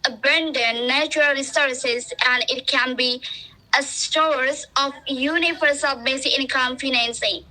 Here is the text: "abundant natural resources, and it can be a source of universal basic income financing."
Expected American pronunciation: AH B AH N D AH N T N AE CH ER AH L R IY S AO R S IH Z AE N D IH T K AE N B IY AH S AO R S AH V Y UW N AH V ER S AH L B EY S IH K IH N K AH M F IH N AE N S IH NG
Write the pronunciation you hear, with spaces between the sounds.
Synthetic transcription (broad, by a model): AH B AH N D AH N N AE CH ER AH L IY S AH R S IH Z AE N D IH T K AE N B IY AH S AO R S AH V Y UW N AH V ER S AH L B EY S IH IH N K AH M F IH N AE N S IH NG